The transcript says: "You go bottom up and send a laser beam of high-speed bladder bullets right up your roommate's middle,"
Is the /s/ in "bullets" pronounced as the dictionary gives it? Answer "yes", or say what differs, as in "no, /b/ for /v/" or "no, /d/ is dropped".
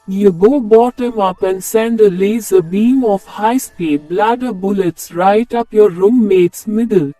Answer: yes